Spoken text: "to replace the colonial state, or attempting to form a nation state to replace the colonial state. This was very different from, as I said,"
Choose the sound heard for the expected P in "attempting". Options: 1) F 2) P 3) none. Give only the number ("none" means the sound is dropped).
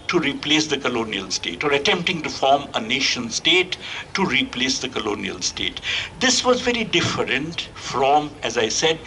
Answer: 2